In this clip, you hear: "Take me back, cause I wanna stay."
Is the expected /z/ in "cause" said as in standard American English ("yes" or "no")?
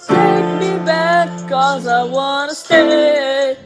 yes